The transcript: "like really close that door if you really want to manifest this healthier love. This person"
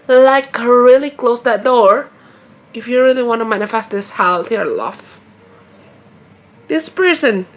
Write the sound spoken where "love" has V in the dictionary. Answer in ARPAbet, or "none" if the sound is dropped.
F